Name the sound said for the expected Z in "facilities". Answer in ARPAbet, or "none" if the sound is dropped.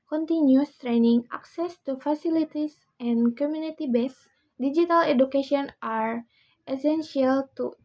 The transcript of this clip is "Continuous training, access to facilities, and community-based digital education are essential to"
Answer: S